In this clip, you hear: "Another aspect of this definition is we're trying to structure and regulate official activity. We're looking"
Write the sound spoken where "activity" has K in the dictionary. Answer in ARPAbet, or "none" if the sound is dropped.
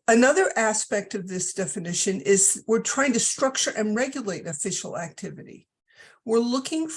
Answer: K